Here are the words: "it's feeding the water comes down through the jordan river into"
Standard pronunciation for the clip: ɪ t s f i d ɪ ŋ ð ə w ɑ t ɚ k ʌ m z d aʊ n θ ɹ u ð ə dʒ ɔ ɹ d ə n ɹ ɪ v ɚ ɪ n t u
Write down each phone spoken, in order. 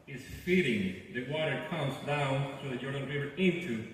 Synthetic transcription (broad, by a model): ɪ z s f i d ɪ ŋ ð ə w ɑ t ɚ k ʌ m z d aʊ n θ ɹ u ð ə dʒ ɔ ɹ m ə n ɹ ɪ v ɚ ɪ n t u